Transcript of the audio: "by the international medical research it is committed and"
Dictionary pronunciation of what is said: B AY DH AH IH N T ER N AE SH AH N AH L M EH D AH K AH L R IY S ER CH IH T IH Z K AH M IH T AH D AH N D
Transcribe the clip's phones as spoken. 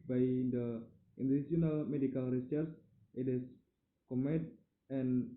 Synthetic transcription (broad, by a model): B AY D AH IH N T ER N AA S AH N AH L M EH D AH K AH L R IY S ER S IH T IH S K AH M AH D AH N